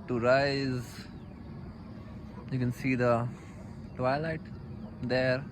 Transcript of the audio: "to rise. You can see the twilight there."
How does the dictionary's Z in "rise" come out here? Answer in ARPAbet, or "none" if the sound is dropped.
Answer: Z